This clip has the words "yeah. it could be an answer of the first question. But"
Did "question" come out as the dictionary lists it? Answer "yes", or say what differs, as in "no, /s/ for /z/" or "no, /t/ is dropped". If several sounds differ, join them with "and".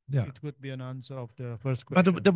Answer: no, /ʃ/ is dropped